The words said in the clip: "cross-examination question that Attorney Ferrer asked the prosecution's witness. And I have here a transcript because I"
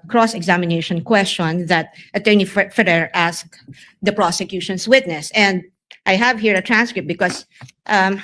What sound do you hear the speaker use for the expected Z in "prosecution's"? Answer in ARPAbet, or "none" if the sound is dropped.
S